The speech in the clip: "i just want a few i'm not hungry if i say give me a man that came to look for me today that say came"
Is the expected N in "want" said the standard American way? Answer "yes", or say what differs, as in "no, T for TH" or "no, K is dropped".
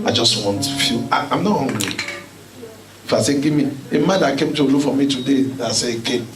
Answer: yes